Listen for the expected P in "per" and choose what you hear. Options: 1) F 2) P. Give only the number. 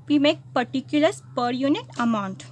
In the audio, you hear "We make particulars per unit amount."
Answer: 2